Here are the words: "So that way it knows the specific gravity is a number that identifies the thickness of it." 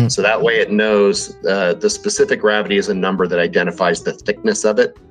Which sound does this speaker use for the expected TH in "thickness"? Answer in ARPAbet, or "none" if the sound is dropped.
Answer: TH